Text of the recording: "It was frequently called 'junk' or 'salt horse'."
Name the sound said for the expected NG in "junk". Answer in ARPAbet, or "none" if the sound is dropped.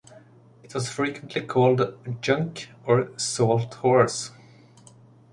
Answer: NG